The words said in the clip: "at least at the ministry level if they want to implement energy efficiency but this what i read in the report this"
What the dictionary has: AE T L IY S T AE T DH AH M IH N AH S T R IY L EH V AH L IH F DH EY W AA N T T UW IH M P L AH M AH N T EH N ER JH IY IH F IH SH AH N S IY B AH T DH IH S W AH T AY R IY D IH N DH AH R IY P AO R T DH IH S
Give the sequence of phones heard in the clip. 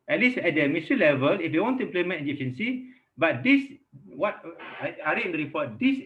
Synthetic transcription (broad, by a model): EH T L IY S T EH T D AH M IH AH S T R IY L EH V AH L IH F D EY W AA N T T UW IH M P L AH M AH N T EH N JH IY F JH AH N S IY B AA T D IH S W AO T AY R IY IH N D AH R IY P AO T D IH S